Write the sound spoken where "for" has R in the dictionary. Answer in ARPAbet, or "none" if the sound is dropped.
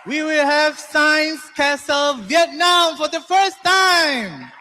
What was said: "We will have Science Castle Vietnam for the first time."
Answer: R